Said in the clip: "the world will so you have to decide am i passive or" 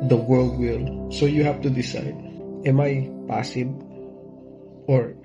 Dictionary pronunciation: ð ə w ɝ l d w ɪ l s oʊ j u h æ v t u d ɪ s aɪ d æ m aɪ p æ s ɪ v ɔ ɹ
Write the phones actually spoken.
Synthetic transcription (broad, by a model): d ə w ɝ l d w ɪ l s oʊ j u h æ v t u d ɪ s aɪ d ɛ m aɪ p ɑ s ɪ b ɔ ɹ